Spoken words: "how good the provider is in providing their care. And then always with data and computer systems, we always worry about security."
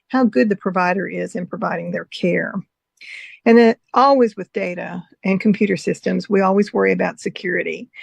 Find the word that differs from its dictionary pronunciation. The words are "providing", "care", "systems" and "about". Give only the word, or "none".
none